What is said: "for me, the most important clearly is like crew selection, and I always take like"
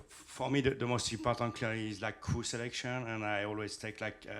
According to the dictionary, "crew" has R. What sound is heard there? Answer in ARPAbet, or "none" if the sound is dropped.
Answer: none